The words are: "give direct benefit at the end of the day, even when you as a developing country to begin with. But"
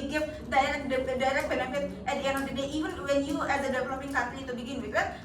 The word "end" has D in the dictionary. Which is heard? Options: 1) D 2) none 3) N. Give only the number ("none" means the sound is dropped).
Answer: 2